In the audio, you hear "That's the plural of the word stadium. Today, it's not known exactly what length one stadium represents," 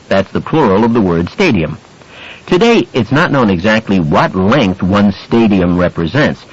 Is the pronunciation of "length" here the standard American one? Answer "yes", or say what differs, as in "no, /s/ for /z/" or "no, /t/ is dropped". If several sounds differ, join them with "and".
yes